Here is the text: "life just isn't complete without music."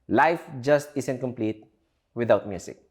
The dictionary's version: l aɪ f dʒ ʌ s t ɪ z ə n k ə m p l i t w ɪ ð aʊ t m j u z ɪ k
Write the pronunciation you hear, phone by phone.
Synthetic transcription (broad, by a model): l aɪ f dʒ ʌ s t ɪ s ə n k ə m p l i t w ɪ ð aʊ t m j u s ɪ k